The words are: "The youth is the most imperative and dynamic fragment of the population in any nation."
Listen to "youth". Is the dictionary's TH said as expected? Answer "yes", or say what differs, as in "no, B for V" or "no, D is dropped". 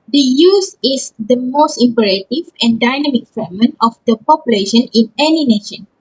no, S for TH